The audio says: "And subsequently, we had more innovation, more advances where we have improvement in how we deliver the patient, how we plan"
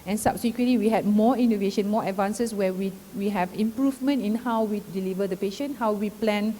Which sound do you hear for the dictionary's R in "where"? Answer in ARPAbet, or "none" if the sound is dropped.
W